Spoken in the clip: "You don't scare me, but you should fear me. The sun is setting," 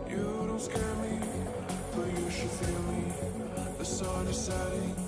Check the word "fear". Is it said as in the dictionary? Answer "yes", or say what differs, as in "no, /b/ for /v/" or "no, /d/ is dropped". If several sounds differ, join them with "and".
no, /l/ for /ɹ/